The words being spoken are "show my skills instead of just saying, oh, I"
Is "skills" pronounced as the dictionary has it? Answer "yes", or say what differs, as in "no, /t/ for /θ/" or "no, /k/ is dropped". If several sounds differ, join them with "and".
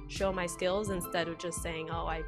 yes